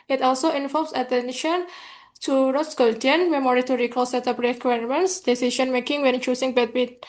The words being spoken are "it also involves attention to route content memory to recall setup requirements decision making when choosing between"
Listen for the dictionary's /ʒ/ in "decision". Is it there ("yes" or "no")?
no